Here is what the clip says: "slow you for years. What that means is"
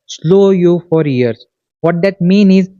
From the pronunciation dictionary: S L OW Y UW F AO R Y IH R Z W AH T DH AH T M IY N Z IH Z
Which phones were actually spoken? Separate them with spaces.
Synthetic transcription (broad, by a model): S L OW Y UW F AO R Y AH R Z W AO T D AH T M IY N IH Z